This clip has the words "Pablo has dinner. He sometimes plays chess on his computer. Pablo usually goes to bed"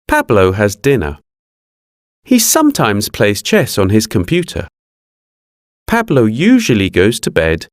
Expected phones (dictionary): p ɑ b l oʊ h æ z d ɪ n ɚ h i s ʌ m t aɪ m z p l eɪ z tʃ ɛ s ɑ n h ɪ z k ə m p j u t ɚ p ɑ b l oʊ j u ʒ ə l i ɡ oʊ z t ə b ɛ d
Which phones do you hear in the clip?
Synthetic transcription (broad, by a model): p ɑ b l oʊ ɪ z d ɪ n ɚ h i s ʌ m t aɪ m z p l eɪ z tʃ ɛ s n ɪ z k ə m p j u t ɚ p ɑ b l oʊ j u ʒ ə l i ɡ oʊ z t ə b ɛ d